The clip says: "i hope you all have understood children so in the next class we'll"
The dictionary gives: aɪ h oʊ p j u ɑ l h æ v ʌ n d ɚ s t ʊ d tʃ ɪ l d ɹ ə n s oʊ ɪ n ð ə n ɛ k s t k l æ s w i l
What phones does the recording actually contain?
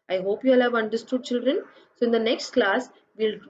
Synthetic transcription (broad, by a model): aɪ h oʊ p j u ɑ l h æ v ʌ n d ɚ s t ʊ d tʃ ɪ l d ɹ ə n s oʊ ɪ n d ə n ɛ k s t k l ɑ s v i l